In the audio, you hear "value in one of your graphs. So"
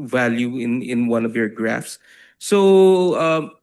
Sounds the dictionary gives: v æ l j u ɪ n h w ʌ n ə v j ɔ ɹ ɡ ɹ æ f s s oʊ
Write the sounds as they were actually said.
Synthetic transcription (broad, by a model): v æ l j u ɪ n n w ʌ n ə v j ɔ ɹ ɡ ɹ æ f s s oʊ